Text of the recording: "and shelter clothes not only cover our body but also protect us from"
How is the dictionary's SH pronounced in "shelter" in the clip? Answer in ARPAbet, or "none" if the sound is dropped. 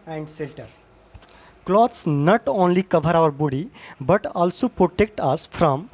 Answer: S